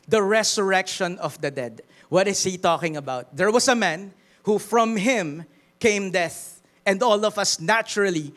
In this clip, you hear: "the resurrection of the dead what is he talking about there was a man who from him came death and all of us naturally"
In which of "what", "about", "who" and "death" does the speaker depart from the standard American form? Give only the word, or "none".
none